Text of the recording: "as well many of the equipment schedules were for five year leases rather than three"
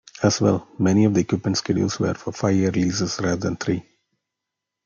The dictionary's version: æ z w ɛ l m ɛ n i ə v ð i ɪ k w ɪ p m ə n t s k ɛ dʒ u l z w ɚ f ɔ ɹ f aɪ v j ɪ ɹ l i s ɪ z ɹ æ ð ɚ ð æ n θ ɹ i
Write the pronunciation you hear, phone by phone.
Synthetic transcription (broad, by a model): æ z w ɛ l m ɛ n i ə v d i ɪ k w ɪ p m ə n t s k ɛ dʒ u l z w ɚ f ɔ ɹ f aɪ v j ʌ ɹ l i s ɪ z ɹ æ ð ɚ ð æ n t ɹ i